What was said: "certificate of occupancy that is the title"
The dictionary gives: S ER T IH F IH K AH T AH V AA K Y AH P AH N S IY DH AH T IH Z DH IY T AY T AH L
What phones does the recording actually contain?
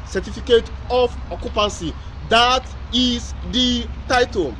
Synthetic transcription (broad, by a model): S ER T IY F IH K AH T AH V AA K Y AH P AH N S IY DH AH T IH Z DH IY T AY T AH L